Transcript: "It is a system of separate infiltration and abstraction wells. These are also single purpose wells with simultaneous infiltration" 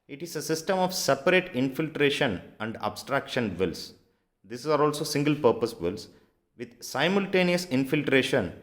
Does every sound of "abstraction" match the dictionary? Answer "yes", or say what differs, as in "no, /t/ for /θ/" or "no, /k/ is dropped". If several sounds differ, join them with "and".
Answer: yes